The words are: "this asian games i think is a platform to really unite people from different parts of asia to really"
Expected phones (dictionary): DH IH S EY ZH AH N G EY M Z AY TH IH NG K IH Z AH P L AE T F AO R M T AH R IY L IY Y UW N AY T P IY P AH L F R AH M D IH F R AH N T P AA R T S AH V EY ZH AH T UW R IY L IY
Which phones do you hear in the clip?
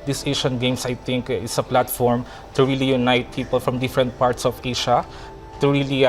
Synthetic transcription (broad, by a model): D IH S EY SH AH N G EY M S AY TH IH NG K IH S AH P L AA T F AO R M T AH R IY L IY Y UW N AY T P IY P AH L F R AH M D IH F R AH N T P AA R T S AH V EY SH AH T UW R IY L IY